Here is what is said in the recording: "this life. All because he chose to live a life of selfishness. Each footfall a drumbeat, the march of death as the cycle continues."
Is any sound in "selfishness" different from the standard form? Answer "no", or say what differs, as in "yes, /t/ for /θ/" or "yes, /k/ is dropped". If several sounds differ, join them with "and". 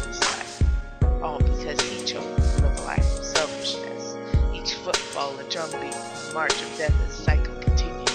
no